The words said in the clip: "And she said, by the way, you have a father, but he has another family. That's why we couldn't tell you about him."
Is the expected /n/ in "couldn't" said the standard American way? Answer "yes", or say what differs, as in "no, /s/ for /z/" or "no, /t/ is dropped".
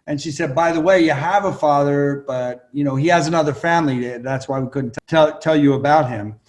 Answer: no, /l/ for /n/